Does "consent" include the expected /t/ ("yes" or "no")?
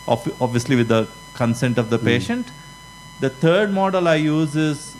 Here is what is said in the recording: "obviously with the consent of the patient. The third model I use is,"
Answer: yes